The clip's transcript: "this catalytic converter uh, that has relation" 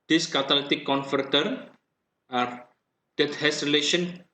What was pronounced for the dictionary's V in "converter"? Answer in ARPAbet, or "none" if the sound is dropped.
F